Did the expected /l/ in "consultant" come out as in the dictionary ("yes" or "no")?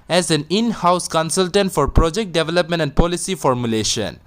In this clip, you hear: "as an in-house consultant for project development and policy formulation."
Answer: yes